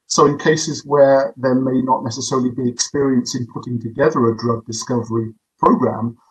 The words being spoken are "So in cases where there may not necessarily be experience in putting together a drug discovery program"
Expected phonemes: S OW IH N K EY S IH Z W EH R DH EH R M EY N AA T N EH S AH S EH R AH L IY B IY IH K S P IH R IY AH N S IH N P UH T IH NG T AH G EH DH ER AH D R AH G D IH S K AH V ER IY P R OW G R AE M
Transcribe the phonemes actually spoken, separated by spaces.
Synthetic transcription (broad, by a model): S OW IH N K EY S IH Z W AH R DH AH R M EY N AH T N EH S AH S EH R AH L IY B IY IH K S P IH R IY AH N S IH N P UH T IH NG T AH G EH DH ER AH D R AH G D IH S K AH V ER IY P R OW G R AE M